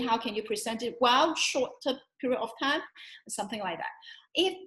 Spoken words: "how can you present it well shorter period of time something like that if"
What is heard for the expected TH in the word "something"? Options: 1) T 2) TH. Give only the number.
2